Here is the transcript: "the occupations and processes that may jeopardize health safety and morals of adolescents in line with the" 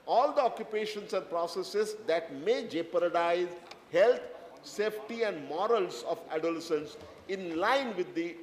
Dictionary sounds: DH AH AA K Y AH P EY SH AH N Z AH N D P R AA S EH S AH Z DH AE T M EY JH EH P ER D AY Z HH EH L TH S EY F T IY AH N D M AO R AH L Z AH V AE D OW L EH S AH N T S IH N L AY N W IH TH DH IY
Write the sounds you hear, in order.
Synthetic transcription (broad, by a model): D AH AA K Y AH P EY SH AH N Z AH N D P R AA S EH S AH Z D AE T M EY JH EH P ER D AY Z HH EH L T S EY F T IY AH N D M AO R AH L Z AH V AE D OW L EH S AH N S IH N L AY N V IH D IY